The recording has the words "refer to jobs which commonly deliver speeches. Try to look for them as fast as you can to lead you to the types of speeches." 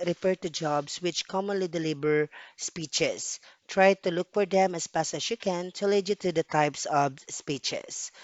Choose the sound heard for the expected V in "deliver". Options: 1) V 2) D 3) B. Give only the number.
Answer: 3